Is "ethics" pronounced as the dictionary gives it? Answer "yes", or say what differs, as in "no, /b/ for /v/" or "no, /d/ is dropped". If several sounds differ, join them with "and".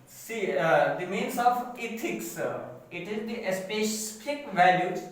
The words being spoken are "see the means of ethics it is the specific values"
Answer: no, /t/ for /θ/